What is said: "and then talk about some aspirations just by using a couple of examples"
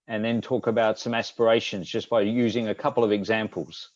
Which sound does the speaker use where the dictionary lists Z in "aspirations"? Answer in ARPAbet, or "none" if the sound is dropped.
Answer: Z